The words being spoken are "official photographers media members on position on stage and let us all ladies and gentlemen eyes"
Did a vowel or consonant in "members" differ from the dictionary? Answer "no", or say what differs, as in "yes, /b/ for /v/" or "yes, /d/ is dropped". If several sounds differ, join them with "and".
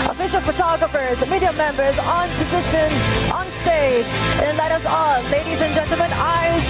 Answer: no